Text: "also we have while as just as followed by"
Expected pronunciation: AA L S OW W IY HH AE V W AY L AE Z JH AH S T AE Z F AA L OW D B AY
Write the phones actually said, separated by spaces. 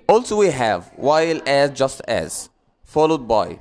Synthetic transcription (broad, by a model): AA L S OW W IY HH AE V W AY L AE Z JH AH S T AE Z F AA L OW D B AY